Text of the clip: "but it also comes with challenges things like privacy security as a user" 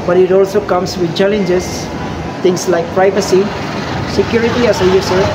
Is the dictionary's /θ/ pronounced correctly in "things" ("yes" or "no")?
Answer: no